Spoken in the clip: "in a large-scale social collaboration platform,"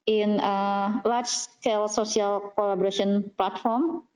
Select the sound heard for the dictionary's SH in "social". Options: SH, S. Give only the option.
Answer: S